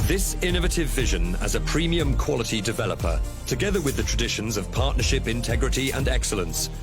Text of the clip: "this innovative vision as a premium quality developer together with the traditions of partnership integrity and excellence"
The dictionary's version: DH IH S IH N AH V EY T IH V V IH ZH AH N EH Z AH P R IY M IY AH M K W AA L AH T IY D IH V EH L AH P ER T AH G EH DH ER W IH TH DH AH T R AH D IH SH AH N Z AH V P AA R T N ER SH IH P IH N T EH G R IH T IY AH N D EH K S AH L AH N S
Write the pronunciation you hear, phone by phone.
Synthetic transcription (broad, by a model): DH IH S IH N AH V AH T IH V V IH ZH AH N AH Z AH P R IY M IY AH M K W AA L AH T IY D IH V EH L AH P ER T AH G EH DH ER W IH DH AH T R AH D IH SH AH N Z AH V P AA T N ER SH IH P IH N T EH G R IH T IY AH N EH K S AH L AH N S